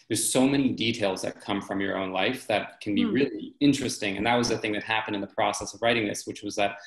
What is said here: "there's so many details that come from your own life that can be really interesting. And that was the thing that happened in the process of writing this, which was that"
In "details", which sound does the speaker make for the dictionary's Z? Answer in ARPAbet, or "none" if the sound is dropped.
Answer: Z